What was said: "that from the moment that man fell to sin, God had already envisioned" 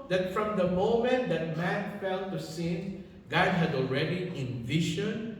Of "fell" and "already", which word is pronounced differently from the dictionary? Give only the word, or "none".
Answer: none